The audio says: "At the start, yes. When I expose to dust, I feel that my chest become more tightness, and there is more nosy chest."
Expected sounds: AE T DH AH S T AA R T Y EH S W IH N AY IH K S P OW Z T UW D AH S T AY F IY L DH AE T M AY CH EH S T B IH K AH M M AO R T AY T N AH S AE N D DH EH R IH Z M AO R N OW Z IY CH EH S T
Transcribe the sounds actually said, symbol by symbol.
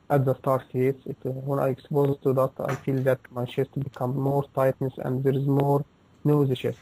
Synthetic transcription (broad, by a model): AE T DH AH S T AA R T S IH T W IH N AY IH K S P OW Z T UW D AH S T AY F IY L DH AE T M AY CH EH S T B IH K AH M M AO R T AY T N AH S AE N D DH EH R IH Z M AO R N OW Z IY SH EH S